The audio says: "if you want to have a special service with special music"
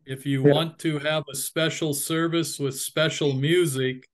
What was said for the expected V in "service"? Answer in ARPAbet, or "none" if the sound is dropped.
V